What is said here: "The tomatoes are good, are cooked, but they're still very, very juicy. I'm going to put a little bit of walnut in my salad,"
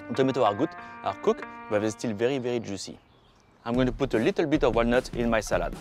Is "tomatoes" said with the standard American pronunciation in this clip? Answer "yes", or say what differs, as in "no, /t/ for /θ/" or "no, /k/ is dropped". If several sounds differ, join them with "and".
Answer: no, /z/ is dropped